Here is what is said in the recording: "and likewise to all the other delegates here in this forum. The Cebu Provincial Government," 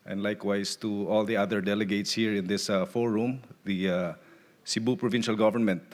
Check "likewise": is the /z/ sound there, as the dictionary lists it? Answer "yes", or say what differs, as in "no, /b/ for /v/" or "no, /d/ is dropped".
no, /s/ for /z/